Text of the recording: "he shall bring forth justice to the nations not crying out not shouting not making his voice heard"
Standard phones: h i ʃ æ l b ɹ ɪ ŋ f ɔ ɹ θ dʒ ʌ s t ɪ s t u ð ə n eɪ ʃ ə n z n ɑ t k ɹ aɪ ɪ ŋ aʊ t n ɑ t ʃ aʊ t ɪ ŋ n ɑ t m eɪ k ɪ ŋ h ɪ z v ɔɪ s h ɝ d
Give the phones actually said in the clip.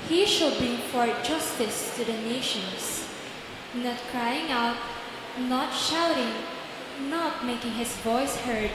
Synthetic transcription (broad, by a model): h i ʃ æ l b ɪ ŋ f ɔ ɹ dʒ ʌ s t ɪ s t u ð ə n eɪ ʃ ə n s n ɑ t k ɹ aɪ ɪ ŋ aʊ t n ɑ t ʃ aʊ t ɪ ŋ n ɑ t m eɪ k ɪ ŋ h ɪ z v ɔɪ s h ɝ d